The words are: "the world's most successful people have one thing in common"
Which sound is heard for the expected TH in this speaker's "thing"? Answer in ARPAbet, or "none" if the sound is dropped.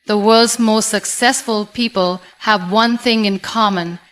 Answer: TH